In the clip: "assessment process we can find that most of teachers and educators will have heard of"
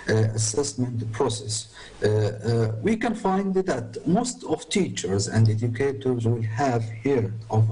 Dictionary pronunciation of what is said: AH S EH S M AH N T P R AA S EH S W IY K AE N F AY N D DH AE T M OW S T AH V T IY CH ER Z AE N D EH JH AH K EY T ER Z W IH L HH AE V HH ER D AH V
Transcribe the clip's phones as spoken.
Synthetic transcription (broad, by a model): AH S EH S M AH N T P R AA S EH S W IY K AE N F AY N D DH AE T M OW S T AH V T IY CH ER Z AE N D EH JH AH K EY T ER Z W IH L HH AE V HH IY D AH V